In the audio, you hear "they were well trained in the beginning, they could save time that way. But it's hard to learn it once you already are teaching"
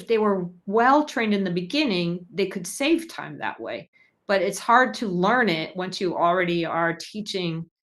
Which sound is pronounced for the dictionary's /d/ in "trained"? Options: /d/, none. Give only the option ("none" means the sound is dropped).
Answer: /d/